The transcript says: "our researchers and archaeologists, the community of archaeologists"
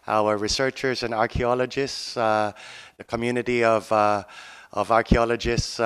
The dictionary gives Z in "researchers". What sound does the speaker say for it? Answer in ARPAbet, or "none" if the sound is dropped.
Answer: Z